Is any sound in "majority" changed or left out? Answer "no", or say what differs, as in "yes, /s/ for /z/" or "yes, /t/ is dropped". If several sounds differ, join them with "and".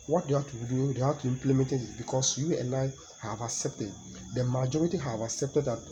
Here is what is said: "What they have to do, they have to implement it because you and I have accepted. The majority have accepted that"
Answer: no